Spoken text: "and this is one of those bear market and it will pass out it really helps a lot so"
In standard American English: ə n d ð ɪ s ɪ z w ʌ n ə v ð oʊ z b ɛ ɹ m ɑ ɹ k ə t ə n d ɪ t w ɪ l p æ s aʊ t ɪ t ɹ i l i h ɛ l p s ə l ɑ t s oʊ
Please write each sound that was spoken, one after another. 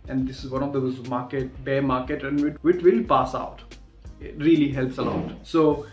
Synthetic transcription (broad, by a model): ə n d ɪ s ɪ z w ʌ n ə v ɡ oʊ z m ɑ ɹ m ɑ ɹ k ə t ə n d ɪ t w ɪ l p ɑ s aʊ t ɪ t ɹ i l i h ɛ l p s ə l ɑ t s oʊ